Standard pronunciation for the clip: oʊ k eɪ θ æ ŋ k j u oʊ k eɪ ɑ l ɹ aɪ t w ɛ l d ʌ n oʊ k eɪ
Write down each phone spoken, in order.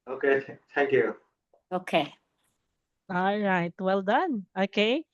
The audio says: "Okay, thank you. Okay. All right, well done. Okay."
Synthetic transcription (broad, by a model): oʊ k eɪ t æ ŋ k j u oʊ k eɪ ɑ l ɹ aɪ t w ɛ l d ʌ n oʊ k eɪ